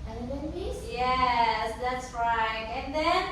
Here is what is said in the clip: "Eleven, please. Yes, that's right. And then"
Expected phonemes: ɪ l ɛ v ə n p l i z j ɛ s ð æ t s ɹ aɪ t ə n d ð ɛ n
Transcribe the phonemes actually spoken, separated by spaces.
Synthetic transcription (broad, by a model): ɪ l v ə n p i s j ɛ s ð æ t s ɹ aɪ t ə n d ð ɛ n